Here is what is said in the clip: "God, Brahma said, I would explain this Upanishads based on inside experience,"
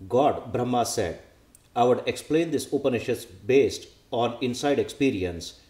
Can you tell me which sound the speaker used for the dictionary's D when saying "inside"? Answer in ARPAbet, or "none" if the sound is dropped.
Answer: D